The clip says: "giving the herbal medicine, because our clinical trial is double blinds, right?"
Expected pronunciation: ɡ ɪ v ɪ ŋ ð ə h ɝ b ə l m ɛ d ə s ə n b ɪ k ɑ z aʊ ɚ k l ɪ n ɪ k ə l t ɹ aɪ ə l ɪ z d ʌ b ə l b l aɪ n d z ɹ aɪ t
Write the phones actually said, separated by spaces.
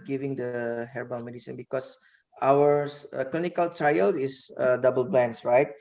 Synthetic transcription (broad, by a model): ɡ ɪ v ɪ ŋ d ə h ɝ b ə n m ɛ d ə s ə n b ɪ k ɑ s aʊ ɚ k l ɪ n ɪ k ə l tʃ aɪ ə l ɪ s d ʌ b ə l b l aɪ n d s ɹ aɪ t